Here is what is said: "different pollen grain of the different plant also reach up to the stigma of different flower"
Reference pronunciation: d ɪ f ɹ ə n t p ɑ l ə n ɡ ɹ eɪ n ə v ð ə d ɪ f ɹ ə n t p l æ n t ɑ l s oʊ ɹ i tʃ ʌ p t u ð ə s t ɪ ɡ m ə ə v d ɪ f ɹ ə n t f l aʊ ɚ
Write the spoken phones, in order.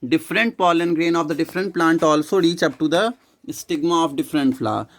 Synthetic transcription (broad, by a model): d ɪ f ɹ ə n t p ɑ l ə n ɡ ɹ eɪ n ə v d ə d ɪ f ɹ ə n t p l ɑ n t ɑ l s oʊ ɹ i tʃ ʌ p t u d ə s t ɪ ɡ m ə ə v d ɪ f ɹ ə n t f l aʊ